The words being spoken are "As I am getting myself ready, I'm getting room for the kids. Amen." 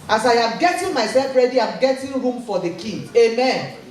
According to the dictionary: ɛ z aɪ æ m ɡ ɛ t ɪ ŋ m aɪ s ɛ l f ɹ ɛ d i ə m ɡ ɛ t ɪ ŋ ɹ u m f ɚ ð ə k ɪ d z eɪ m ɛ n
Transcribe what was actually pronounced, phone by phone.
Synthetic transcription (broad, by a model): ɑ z aɪ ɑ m ɡ ɛ t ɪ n m aɪ s ɛ l f ɹ ɛ d i ə m ɡ ɛ t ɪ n ɹ u m f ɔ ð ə k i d eɪ m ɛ n